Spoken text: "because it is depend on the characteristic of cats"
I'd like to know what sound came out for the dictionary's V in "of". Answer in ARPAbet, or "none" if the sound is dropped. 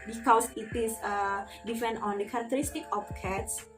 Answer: P